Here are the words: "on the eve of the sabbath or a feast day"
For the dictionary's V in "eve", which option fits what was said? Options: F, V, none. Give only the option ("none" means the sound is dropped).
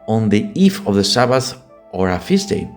F